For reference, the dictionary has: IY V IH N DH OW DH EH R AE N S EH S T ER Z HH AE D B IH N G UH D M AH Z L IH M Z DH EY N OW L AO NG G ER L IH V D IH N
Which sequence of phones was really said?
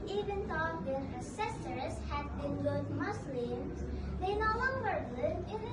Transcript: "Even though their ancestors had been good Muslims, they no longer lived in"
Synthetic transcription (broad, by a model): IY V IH N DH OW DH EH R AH S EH S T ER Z HH AE D B IH N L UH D M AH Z L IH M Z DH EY N OW L AO NG G ER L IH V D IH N